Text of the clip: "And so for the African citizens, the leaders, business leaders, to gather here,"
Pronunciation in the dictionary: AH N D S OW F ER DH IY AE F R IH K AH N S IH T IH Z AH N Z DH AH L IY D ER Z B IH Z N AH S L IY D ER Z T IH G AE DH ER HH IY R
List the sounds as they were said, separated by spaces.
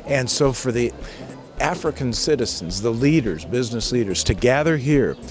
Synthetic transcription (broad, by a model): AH N S OW F ER DH IY AE F R IH K AH N S IH T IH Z N Z DH AH L IY D ER Z B IH Z N AH S L IY D ER Z T IH G AE DH ER HH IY R